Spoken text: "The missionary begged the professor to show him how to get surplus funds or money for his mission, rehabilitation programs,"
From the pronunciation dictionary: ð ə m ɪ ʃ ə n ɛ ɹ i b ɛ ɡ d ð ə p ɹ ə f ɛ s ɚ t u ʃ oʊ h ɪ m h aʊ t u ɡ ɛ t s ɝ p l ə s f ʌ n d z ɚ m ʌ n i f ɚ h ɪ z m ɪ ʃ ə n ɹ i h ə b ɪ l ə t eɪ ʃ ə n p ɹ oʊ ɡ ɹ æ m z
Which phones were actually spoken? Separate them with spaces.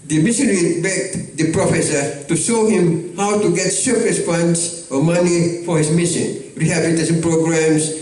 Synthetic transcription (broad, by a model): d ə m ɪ s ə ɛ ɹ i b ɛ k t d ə p ɹ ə f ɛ s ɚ t u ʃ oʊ h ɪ m h aʊ t u ɡ ɛ t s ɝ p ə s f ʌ n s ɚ m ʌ n i f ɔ h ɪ s m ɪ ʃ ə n ɹ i h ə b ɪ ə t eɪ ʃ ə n p ɹ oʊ ɡ ɹ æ m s